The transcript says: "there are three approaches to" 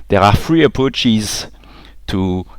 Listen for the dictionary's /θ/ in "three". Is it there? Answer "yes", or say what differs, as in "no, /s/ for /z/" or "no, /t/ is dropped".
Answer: no, /f/ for /θ/